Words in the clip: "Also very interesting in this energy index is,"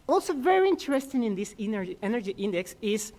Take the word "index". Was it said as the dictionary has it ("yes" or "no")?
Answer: yes